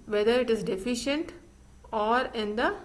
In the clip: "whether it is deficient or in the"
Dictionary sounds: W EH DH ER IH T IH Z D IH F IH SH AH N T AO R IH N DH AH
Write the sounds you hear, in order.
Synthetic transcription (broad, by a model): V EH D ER IH T IH Z D IH F IH SH AH N T AO R IH N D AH